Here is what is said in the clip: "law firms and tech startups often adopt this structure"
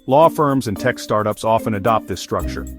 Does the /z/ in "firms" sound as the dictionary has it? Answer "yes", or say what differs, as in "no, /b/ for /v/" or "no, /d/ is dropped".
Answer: yes